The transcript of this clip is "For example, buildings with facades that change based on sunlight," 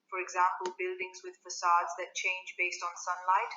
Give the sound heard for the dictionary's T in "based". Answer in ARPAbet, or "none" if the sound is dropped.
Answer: T